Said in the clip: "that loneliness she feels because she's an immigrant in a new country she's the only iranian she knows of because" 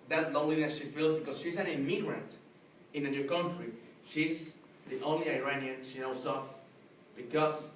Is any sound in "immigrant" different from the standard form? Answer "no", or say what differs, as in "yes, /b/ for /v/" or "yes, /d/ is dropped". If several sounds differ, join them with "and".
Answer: no